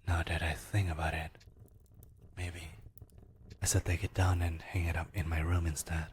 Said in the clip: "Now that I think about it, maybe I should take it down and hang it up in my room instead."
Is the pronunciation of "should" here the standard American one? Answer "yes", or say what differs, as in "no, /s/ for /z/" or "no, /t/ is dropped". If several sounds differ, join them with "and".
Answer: no, /s/ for /ʃ/